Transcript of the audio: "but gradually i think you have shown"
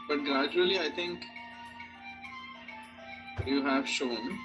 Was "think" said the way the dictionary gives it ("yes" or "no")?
no